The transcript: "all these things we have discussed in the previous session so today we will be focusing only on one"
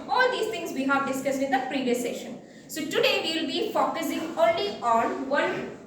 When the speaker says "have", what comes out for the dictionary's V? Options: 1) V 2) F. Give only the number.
1